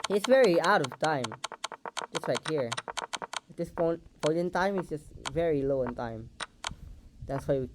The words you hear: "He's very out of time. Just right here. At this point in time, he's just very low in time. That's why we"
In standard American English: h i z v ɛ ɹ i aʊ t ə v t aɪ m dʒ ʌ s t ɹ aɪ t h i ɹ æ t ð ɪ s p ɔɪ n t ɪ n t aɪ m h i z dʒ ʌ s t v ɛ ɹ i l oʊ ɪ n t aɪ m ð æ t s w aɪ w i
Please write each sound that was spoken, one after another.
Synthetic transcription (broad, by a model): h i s v ɛ ɹ i aʊ t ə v t aɪ m dʒ ʌ s t l aɪ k h i ɹ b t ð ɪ s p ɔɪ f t ɪ n t aɪ m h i s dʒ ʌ s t v ɛ ɹ i l oʊ ɪ n t aɪ m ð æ t s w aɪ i